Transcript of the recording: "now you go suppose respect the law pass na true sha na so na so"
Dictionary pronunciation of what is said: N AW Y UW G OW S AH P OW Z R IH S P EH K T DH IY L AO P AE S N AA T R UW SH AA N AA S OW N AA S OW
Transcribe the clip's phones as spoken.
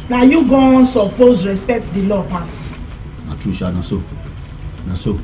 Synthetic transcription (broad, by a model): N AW Y UW G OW S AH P OW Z R IH S P EH K T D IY L AO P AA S N AA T UW SH AA N AA S OW N AA S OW